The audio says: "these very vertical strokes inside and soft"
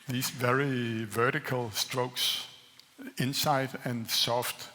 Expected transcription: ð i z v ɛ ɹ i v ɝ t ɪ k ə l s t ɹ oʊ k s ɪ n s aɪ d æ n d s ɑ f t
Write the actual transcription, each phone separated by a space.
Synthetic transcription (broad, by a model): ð i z v ɛ ɹ i v ɝ t ɪ k ə l s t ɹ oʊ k s ɪ n s aɪ d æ n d s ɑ f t